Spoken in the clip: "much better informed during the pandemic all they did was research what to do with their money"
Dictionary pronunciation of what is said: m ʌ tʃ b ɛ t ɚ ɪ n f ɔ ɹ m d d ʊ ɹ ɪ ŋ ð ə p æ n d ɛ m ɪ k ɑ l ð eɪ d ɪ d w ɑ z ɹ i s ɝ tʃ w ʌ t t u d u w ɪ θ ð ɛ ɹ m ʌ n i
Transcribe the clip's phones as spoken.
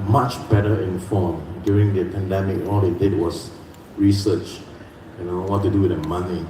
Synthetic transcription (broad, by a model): m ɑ tʃ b ɛ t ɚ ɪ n f ɔ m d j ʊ ɹ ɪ ŋ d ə p æ n d ɛ m ɪ k ɑ l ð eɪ d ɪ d w ɑ s ɹ i s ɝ tʃ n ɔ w t u d u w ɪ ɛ m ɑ n i